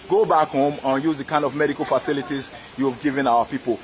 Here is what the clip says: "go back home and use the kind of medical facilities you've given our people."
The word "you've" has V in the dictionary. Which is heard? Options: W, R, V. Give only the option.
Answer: V